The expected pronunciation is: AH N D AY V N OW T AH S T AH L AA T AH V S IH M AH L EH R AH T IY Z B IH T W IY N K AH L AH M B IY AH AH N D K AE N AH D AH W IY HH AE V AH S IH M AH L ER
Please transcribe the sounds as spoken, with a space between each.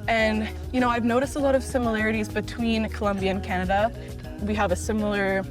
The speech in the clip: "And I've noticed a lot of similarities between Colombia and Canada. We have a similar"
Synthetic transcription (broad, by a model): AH N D AY V N OW T AH S T AH L AA T AH V S IH M AH L EH R AH T IY Z B IH T W IY N K AH L AH M B IY AH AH N K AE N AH D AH W IY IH V AH S IH M L ER